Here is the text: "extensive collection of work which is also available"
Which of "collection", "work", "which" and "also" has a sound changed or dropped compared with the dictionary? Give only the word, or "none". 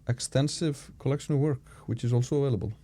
none